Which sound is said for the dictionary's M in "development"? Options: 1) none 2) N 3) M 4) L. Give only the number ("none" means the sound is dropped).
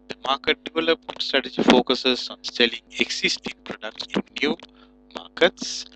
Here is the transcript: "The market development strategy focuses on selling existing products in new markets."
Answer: 1